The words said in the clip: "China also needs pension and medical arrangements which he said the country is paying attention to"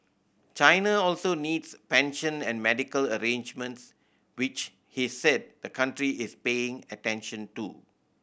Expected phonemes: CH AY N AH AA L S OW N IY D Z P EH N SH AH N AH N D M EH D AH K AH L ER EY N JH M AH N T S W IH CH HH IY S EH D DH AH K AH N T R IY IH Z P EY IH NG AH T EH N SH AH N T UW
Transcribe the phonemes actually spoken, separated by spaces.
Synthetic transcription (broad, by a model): CH AY N AH AA L S OW N IY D S P EH N SH AH N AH N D M EH D AH K AH L ER EY N JH M AH N T S W IH CH HH IY S EH D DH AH K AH N T R IY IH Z P EY IH NG AH T EH N SH AH N T UW